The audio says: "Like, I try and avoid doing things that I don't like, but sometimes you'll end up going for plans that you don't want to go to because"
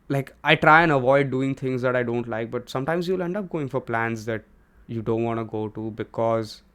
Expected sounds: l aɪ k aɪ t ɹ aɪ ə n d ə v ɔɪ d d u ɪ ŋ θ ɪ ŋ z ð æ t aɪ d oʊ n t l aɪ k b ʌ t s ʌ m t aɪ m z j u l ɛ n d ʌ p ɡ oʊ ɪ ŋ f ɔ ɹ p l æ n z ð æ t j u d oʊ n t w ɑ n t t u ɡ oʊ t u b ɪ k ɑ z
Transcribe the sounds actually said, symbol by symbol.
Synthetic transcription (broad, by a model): l aɪ k aɪ t ɹ aɪ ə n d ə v ɔɪ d d u ɪ ŋ t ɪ ŋ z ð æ t aɪ d oʊ n t l aɪ k b ʌ t s ʌ m t aɪ m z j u l ɛ n d ʌ p ɡ oʊ ɪ ŋ f ɔ ɹ p l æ n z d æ t j u d oʊ n t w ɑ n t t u ɡ oʊ t u b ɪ k ɑ z